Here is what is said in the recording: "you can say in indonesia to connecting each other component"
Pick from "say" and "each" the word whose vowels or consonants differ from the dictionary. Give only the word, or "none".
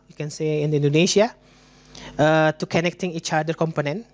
none